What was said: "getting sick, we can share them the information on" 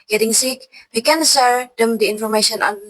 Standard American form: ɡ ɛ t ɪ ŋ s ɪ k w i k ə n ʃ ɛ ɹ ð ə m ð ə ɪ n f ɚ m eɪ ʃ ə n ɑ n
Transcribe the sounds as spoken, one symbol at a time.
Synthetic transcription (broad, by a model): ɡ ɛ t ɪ ŋ s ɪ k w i k ə n s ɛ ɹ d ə m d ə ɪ n f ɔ m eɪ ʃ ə n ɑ n